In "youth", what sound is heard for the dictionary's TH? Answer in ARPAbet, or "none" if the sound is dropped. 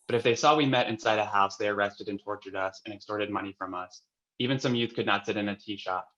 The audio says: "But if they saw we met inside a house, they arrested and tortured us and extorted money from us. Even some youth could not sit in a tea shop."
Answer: TH